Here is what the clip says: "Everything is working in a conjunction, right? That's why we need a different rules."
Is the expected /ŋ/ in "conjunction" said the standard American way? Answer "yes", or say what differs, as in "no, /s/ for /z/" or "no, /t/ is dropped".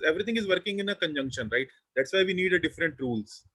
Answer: yes